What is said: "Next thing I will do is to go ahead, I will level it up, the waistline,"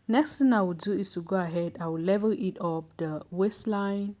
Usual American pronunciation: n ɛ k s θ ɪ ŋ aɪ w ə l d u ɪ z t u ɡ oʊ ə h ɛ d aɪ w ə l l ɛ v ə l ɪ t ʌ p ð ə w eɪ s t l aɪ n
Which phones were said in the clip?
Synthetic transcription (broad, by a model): n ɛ k s t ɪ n aɪ w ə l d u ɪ s t u ɡ oʊ ə h ɛ d aɪ w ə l l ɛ v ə ɪ t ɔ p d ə w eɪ s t l aɪ n